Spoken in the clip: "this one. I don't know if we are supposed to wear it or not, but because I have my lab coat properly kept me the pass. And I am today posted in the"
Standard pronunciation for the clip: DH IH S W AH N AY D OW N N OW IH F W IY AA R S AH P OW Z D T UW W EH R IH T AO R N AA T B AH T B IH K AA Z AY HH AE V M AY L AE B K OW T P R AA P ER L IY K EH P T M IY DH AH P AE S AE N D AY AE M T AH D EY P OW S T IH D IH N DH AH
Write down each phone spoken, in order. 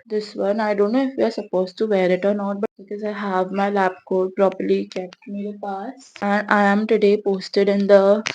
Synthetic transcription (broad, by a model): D IH S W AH N AY D OW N N OW IH F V IY AA R S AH P OW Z T UW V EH R IH T AO R N AA T B AH T B IH K AA Z AY HH AE V M AY L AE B K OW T P R AA P ER L IY K EH P T M IY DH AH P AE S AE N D AY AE M T AH D EY P OW S T IH D IH N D AH